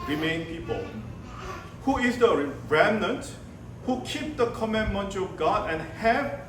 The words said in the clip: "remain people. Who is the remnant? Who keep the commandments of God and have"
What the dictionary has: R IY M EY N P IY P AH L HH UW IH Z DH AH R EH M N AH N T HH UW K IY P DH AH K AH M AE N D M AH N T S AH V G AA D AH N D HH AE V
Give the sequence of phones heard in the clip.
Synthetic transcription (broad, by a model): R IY M EY N P IY P AH L HH UW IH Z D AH R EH M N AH N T HH UW K IY P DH AH K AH M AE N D M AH N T AH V G AA D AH N HH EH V